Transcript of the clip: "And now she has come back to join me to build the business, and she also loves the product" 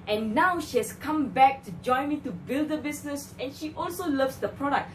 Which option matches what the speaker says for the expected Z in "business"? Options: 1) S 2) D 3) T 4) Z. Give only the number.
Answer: 1